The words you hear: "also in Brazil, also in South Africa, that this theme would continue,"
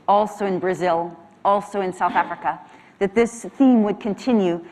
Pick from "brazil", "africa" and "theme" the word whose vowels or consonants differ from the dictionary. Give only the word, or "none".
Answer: none